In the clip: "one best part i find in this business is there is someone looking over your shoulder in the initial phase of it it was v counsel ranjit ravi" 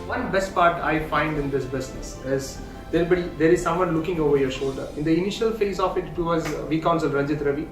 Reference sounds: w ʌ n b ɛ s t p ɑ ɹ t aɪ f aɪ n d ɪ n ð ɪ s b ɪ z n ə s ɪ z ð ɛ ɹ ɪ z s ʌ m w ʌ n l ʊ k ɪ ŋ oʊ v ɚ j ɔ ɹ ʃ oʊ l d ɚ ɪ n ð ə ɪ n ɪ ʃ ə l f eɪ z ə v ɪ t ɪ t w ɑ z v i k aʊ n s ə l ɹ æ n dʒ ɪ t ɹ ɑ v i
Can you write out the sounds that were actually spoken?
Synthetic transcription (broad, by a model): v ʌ n b ɛ s t p ɑ ɹ t aɪ f aɪ n d ɪ n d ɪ s b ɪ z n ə s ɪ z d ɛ ɹ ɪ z s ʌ m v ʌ n l ʊ k ɪ ŋ oʊ v ɚ j ɔ ɹ ʃ oʊ l d ɚ ɪ n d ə ɪ n ɪ ʃ ə l f eɪ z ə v ɪ t ɪ t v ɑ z v i k aʊ n s ə l ɹ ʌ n dʒ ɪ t ɹ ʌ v i